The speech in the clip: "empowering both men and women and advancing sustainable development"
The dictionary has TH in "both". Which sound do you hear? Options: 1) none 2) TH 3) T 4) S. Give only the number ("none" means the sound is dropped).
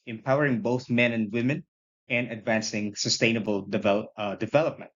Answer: 2